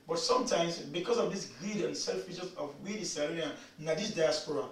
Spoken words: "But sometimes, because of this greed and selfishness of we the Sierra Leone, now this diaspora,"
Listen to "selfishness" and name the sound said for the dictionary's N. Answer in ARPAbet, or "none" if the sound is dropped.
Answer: none